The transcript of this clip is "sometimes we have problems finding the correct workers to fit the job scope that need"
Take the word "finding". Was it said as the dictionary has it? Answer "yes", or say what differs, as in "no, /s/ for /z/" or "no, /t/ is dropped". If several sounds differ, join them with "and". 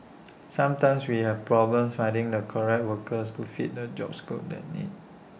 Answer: no, /n/ is dropped